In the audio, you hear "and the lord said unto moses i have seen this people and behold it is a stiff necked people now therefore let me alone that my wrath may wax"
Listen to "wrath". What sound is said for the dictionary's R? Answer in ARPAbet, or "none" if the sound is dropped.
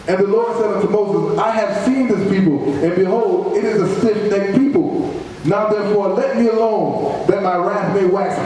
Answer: R